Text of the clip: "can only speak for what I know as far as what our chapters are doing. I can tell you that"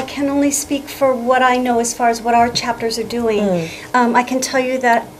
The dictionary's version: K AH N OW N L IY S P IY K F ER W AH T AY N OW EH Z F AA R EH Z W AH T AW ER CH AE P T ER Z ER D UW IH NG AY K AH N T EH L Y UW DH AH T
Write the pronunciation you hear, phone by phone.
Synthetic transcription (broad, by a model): K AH N OW N L IY S P IY K F ER W AH T AY N OW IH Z F AA R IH Z W AH T AW ER CH AE P T ER Z ER D UW IH NG AY K AH N T EH L Y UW DH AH T